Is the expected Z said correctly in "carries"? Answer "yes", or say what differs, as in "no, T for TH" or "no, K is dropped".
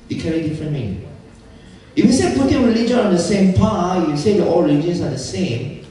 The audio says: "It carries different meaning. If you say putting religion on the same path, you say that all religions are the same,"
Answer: no, Z is dropped